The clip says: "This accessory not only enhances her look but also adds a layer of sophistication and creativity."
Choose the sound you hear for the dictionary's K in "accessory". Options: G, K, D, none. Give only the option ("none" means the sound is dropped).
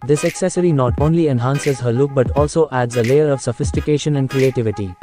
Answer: K